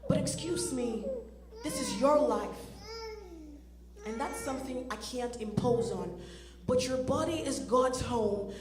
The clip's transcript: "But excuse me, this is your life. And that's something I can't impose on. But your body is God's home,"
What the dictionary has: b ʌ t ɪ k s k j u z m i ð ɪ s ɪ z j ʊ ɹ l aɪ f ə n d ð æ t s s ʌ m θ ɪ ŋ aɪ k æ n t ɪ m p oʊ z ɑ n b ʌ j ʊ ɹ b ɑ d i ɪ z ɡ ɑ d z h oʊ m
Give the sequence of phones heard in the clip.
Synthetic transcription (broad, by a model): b ʌ t ɪ k s k j u z m i ð ɪ s ɪ z j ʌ ɹ l aɪ f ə n ð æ t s s ʌ m θ ɪ ŋ aɪ k æ n t ɪ m p oʊ z n b ʌ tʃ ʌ ɹ b ɑ d i ɪ z ɡ ɑ d z h oʊ m